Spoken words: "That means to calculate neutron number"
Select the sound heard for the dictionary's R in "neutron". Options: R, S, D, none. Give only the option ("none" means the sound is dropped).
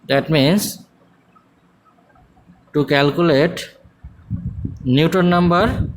none